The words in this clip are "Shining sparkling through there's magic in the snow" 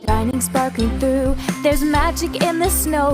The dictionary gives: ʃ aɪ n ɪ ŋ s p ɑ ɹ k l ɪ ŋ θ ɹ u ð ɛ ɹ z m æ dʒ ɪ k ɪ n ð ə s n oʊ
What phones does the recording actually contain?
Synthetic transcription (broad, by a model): aɪ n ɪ ŋ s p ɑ ɹ k ɪ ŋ θ ɹ u ð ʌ ɹ z m æ dʒ ɪ k ɪ n ð ə s n oʊ